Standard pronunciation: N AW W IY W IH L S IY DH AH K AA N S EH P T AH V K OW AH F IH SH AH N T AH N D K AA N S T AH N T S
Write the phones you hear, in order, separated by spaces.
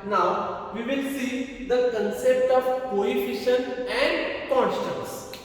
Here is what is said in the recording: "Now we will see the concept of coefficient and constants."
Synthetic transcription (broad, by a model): N AW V IY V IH L S IY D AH K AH N S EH P T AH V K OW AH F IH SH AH N AH N D K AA N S T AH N S